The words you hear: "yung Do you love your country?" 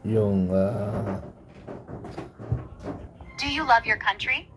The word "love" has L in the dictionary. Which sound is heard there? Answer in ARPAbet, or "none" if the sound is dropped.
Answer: L